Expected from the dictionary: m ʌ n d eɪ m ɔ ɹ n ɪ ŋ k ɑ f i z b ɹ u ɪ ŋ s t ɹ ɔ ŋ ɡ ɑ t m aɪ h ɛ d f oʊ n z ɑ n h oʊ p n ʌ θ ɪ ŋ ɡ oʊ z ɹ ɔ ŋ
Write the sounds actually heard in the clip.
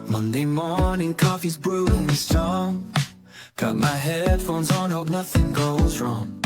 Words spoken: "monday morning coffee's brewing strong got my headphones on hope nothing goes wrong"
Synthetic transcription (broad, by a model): m ʌ n d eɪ m ɔ ɹ n ɪ ŋ k ɑ f i z b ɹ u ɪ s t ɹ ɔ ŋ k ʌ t m aɪ h ɛ d f oʊ n z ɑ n h oʊ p n ʌ θ ɪ ŋ ɡ oʊ z ɹ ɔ ŋ